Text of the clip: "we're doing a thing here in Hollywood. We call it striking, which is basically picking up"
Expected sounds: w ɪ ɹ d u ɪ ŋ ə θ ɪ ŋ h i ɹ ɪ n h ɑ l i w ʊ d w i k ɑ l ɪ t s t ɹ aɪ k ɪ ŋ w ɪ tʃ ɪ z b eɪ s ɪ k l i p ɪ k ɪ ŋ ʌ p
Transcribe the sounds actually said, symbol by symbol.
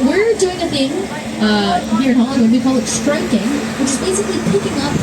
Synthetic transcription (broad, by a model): w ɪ ɹ d u ɪ ŋ ə θ ɪ ŋ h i ɹ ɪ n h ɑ i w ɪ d w i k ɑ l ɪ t s t ɹ aɪ k ɪ ŋ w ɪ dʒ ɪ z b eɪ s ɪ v l i p ɪ k ɪ ŋ ʌ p